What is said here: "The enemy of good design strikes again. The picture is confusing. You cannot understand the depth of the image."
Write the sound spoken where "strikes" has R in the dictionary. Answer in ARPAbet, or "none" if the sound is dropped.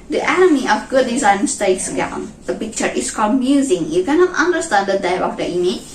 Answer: none